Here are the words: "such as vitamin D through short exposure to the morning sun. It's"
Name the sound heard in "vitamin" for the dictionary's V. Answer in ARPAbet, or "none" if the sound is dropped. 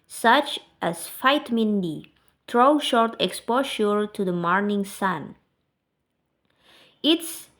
F